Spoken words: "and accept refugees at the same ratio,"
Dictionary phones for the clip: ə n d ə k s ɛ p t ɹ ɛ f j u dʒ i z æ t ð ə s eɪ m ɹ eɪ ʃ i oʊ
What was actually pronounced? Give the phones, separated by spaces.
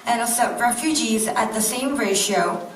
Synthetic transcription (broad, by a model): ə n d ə s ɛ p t ɹ ɛ f j u dʒ i z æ t ð ə s eɪ m ɹ eɪ ʃ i oʊ